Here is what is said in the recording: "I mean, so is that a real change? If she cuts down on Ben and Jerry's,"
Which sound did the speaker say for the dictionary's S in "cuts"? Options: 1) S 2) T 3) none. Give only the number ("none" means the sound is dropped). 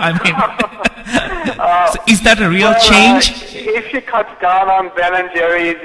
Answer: 3